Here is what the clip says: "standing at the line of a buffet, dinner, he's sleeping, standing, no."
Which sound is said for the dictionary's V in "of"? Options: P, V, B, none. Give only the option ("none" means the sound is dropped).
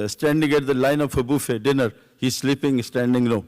P